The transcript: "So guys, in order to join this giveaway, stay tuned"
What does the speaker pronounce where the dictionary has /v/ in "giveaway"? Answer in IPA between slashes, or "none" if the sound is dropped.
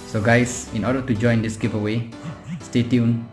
/p/